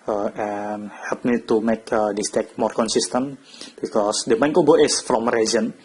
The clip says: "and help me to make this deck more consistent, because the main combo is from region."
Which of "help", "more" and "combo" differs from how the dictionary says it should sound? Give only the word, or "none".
combo